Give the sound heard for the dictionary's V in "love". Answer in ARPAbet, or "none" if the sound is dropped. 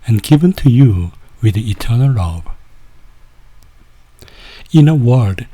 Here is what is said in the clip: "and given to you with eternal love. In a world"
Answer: B